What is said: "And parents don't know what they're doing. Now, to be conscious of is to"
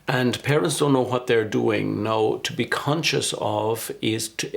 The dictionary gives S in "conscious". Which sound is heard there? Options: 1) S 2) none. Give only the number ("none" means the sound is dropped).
1